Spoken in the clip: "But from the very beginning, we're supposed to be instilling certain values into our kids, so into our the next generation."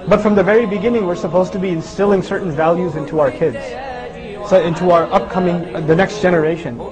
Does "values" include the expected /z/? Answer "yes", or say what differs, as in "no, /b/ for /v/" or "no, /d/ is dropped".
yes